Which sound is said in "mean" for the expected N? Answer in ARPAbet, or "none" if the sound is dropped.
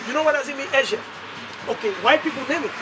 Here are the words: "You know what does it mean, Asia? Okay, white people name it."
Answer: none